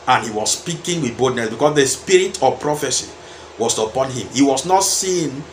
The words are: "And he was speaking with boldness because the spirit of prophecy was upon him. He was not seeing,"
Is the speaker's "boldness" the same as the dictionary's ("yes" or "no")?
no